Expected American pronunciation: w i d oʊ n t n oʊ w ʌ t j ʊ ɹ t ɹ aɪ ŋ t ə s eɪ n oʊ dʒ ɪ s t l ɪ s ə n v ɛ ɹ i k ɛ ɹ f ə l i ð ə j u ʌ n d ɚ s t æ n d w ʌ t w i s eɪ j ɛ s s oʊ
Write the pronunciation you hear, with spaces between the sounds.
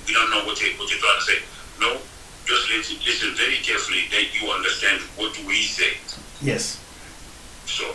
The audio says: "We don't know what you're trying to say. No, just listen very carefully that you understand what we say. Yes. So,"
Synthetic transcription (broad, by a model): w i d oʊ n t n oʊ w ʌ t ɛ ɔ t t w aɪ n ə s eɪ n oʊ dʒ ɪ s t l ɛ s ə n v ɛ ɹ i k ɛ f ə l i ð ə j u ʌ n d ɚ s t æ n d w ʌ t w i s eɪ j ɛ s s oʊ